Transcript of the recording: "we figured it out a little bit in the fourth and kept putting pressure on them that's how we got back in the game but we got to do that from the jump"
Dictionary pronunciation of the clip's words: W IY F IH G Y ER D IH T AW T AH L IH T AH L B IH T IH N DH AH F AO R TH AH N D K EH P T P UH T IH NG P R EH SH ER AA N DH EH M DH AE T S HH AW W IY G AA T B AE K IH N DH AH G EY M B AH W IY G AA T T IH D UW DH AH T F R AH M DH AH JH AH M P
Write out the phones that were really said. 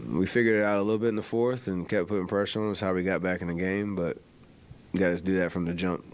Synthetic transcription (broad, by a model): W IY F IH G Y ER D IH T AW T AH L IH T L B IH T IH N DH AH F AO R TH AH N K EH P P UH T IH NG P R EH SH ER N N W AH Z HH AW W IY G AA T B AE K IH N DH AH G EY M B AH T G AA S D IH DH AH T F R AH M DH AH JH AH M P